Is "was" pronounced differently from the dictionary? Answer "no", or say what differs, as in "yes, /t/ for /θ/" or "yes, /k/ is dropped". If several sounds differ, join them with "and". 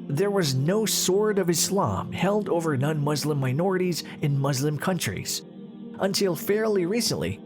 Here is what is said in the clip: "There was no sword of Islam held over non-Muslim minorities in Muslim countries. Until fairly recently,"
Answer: no